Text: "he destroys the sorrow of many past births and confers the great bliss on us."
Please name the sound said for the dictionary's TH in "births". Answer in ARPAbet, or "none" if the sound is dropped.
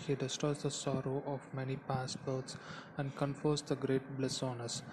T